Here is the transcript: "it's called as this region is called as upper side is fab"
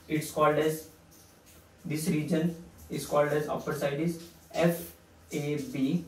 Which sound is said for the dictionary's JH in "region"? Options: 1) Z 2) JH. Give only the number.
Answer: 2